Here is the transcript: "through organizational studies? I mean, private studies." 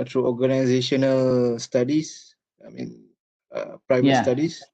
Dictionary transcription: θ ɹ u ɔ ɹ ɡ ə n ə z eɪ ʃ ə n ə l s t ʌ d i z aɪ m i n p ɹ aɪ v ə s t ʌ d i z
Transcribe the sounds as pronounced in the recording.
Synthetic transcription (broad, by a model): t ɹ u ɔ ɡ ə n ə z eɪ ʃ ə n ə l s t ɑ d i s aɪ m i n p ɹ aɪ v ə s t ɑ d i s